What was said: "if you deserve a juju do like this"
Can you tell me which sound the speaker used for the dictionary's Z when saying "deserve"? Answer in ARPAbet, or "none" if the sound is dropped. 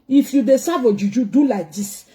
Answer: S